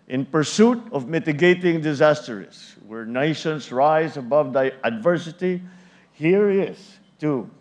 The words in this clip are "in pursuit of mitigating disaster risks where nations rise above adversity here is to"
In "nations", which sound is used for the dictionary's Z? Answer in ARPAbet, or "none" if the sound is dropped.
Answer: S